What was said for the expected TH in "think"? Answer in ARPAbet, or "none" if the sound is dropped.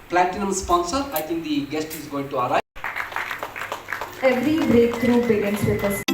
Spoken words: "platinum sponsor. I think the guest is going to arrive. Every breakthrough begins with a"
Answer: T